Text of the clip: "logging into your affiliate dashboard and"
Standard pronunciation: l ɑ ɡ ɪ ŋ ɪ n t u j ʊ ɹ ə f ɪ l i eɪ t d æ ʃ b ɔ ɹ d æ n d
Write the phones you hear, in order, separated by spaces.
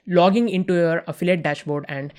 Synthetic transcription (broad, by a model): l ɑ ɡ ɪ ŋ ɪ n t u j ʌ ɹ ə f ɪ l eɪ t d æ ʃ b ɔ ɹ d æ n d